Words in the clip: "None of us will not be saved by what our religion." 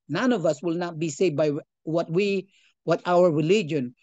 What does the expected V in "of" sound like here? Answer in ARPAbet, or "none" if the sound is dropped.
V